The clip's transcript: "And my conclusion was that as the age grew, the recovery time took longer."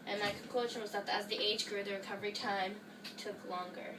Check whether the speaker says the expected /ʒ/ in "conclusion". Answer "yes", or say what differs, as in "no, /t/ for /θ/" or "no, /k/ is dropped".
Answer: no, /ʃ/ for /ʒ/